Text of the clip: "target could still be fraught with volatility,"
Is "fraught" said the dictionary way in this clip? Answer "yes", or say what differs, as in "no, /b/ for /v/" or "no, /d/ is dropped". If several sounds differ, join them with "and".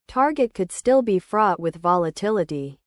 yes